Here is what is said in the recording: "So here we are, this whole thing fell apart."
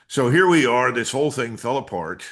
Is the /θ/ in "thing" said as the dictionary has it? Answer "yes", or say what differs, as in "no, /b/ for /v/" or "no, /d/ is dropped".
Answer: yes